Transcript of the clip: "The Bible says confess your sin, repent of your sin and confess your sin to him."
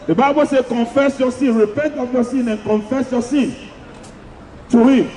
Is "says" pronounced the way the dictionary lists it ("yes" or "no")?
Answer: no